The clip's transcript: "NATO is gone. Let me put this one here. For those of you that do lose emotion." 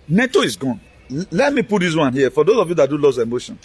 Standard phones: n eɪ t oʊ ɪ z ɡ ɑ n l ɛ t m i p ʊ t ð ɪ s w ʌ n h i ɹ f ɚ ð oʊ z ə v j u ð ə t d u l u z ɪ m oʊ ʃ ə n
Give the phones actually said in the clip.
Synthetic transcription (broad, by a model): n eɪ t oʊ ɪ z ɡ ɑ n l ɛ t m i p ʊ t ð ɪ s w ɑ n h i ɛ f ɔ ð oʊ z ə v j u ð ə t d u l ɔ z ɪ m oʊ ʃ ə n